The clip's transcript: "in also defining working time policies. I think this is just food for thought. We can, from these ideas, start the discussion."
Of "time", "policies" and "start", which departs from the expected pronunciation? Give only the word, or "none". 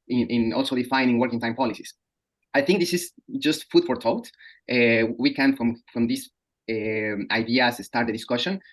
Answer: policies